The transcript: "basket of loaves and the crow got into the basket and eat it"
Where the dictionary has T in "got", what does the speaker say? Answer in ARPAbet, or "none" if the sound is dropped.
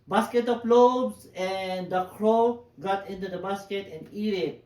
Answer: T